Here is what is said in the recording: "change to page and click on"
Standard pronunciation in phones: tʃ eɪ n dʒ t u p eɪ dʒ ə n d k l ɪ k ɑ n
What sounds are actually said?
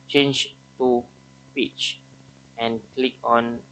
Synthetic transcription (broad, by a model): tʃ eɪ n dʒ t u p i tʃ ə n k l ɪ k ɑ n